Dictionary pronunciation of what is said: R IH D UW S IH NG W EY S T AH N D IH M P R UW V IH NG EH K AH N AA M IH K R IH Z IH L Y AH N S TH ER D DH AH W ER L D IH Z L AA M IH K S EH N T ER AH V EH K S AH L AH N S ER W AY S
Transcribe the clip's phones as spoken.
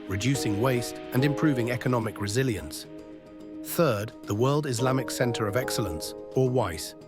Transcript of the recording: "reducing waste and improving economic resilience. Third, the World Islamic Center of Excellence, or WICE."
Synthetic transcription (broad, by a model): R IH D UW S IH NG W EY S T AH N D IH M P R UW V IH NG EH K AH N AA M IH K R IH Z IH L Y AH N S TH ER D DH AH W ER L D IH Z L AA M IH K S EH N T ER AH V EH K S AH L AH N S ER W AY S